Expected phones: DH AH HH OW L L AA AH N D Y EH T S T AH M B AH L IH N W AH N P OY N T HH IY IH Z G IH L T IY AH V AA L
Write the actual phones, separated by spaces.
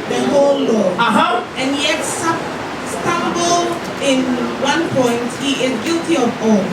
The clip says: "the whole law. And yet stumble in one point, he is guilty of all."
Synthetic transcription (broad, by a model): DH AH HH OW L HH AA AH N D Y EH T S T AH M B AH L IH N W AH N P OY N T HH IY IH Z G IH L T IY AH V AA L